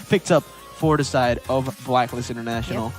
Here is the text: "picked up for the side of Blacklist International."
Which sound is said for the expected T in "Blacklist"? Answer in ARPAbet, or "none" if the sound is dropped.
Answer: none